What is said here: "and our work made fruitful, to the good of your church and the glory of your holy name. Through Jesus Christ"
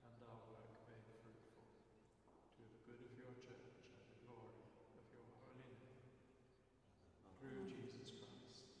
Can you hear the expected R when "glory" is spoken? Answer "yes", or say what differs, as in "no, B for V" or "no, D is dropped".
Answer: yes